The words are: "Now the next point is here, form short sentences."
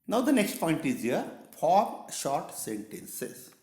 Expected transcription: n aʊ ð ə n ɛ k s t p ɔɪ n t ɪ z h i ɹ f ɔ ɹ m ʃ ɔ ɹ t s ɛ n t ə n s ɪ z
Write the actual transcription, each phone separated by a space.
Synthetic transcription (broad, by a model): n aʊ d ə n ɛ k s t p ɔɪ n t ɪ z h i ɹ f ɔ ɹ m ʃ ɔ ɹ t s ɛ n t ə n s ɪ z